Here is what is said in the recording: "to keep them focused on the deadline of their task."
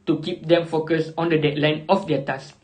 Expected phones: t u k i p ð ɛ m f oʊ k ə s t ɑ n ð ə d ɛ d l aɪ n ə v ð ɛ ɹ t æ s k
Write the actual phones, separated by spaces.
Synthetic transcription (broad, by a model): t u k i p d ɛ m f oʊ k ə s ɑ n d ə d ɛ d l aɪ n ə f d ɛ t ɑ s